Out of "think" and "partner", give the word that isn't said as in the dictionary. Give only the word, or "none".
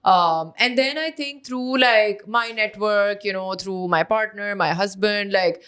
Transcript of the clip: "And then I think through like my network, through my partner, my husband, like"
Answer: think